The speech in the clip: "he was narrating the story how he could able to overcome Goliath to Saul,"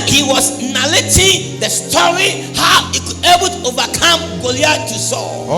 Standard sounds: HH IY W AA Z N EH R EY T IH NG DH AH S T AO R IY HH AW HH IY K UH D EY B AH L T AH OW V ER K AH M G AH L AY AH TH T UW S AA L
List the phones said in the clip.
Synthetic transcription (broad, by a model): HH IY W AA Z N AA L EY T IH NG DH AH S T AO R IY HH AW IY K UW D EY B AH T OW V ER K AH M G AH L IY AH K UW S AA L